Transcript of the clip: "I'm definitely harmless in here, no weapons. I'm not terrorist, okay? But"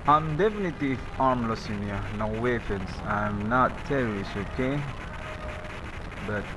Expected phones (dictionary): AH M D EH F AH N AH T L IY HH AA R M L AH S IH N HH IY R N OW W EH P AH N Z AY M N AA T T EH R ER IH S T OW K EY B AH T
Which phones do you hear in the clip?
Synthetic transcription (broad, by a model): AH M D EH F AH N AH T IY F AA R M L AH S IH N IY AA N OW W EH F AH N S AY M N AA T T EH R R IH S OW K EY B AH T